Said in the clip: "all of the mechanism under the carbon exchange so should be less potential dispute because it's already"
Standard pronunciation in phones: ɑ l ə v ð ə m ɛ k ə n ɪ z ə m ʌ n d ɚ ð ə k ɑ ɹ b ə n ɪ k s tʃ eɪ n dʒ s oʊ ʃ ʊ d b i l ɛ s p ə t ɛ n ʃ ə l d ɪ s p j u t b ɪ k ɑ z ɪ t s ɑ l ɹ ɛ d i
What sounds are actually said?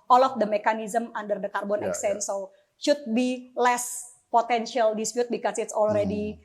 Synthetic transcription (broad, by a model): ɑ l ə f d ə m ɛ k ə n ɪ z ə m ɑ n d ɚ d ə k ɑ ɹ b ə n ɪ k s eɪ n s oʊ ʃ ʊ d b i l ɛ s p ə t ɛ n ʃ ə l d ɪ s p j u t b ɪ k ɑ s ɪ t s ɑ l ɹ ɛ d i